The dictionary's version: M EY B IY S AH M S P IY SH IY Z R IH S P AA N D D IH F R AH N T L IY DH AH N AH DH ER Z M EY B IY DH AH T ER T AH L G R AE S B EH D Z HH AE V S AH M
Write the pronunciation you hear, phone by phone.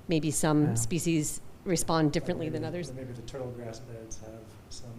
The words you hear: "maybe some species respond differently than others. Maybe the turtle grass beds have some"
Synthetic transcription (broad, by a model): M EY B IY S AH M S P IY SH IY Z R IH S P AA N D D IH F R AH N T L IY DH AH N AH DH ER Z M EY B IY DH AH T ER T L G R AE S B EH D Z HH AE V S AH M